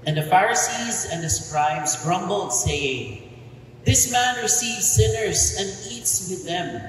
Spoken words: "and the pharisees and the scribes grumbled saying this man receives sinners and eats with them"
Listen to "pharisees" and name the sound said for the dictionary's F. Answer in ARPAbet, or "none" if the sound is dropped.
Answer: F